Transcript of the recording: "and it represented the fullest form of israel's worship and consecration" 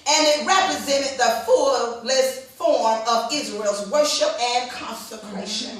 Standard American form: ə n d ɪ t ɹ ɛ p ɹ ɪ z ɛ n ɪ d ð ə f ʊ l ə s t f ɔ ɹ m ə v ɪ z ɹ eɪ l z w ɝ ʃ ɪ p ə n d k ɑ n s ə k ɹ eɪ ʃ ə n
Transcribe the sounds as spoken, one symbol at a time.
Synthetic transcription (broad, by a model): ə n ɪ t ɹ ɛ p ɹ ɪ z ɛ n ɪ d ð ə f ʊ l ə s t f ɔ ɹ m ə v ɪ z ɹ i l z w ɝ ʃ ɪ p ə n k ɑ n s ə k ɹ eɪ ʃ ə n